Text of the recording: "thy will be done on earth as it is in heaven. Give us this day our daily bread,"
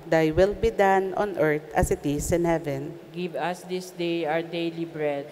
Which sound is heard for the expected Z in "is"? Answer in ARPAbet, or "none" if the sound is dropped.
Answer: S